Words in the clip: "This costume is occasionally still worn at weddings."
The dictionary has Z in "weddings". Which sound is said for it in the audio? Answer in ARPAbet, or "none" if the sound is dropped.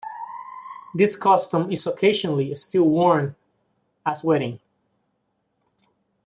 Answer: none